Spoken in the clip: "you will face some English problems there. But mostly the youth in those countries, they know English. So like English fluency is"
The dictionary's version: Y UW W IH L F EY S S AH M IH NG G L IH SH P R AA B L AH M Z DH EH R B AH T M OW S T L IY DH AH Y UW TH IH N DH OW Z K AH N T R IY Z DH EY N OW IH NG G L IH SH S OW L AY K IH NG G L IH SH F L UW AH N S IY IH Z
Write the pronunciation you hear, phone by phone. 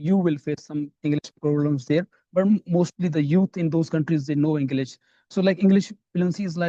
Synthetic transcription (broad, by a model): Y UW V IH L F EY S S AH M IH NG G L IH SH P R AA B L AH M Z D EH R B AH T M OW S T L IY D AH Y UW T IH N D OW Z K AH N T R IY Z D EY N OW IH NG G L IH SH S OW L AY K IH NG G L IH SH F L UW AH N S IY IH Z